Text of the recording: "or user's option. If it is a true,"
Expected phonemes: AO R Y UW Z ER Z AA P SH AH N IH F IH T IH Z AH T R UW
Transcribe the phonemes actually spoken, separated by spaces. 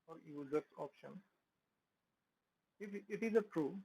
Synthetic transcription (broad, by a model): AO R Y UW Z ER S AA P SH AH N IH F IH T IH Z AH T R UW